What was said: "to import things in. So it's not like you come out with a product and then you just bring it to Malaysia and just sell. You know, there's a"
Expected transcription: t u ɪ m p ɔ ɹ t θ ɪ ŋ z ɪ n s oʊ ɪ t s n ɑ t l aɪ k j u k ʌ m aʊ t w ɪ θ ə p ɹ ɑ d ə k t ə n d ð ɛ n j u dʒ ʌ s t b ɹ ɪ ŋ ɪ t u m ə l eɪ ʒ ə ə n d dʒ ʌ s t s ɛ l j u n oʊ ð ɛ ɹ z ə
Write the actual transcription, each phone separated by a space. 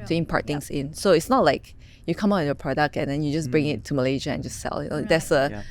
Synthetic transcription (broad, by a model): t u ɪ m p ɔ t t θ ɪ ŋ s ɪ n s oʊ ɪ t s n ɑ t l aɪ k j u k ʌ m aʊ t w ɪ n ə p ɹ ɑ d ə k t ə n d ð ɛ n j u dʒ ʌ s b ɹ ɪ ŋ ɪ t u m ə l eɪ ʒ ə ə n dʒ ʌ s s ɛ l j u n oʊ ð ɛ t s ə